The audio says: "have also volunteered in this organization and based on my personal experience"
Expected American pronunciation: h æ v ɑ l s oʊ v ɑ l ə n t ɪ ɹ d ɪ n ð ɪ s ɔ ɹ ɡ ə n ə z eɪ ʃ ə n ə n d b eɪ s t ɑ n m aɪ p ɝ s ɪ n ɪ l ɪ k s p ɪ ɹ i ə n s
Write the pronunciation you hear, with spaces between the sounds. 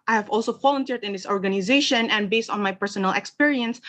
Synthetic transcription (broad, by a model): h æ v ɑ l s oʊ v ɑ l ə n t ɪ ɹ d ɪ n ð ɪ s ɔ ɹ ɡ ə n ə z eɪ ʃ ə n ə n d b eɪ s t ɑ n m aɪ p ɝ s ɪ n ɪ l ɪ k s p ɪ ɹ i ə n s